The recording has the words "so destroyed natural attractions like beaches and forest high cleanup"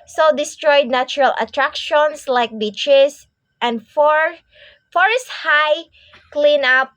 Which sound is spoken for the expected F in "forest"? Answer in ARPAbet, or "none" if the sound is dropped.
F